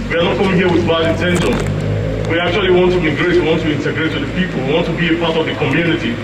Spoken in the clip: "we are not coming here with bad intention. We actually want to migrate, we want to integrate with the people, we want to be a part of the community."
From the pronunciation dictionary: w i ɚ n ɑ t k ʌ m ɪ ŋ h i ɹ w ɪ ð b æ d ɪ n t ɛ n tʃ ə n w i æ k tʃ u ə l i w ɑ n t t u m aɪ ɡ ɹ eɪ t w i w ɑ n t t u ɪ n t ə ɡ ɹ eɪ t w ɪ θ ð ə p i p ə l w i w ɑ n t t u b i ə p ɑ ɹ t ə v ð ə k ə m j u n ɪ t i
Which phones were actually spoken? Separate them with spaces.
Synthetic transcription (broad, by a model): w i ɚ n ɑ t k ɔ ɪ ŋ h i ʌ w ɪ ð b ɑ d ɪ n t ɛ n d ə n w i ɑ k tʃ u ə l i w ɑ n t t u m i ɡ ɹ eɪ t w i w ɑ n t t u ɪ n t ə ɡ ɹ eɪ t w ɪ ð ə p i p ə l w i w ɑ n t t u b i ə p ɑ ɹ t ə v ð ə k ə m j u n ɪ t i